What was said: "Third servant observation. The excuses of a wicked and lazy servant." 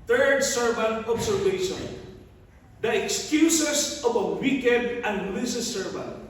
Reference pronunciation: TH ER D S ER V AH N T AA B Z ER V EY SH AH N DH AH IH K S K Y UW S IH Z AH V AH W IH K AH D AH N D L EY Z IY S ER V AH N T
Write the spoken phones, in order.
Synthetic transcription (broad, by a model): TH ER D S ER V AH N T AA B S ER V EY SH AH N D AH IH K S K Y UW S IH S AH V AH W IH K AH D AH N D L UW S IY S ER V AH N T